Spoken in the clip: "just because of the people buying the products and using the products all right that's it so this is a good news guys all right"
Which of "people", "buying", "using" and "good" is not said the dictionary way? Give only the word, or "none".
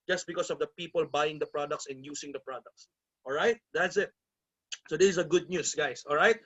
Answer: using